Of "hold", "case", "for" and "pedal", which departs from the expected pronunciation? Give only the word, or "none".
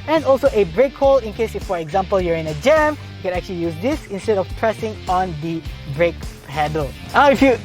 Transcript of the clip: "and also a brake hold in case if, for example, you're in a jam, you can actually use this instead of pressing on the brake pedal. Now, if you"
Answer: hold